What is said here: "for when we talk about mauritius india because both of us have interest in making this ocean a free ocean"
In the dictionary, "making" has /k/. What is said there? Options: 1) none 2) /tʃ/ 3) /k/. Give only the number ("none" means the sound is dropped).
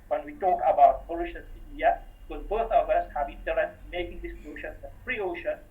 3